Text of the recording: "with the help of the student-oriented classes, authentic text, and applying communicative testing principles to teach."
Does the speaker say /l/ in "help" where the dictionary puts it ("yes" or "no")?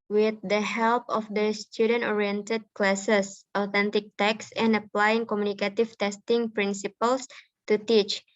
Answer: yes